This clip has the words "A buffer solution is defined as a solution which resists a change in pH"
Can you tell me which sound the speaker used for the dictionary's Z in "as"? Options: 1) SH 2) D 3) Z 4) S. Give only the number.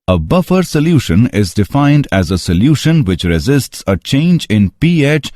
3